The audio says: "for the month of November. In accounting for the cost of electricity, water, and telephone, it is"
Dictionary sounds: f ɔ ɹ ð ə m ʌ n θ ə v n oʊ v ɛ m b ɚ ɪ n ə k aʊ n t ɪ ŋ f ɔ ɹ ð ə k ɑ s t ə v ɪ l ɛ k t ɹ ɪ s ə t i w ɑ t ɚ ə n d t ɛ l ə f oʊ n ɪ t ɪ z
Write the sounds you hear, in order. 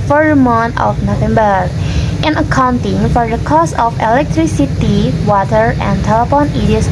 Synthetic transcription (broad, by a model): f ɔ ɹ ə m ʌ n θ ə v n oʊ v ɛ m b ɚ ɪ n ə k aʊ n t ɪ ŋ f ɔ ɹ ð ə k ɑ s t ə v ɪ l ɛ k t ɹ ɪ s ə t i w ɑ t ɚ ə n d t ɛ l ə p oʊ n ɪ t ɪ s